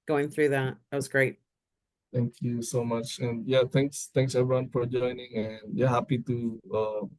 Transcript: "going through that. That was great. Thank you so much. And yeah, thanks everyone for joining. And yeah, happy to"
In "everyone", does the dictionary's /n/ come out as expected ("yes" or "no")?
yes